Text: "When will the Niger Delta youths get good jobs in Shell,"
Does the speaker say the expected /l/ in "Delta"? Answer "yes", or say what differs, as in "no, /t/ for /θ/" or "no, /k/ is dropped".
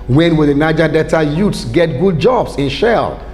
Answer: no, /l/ is dropped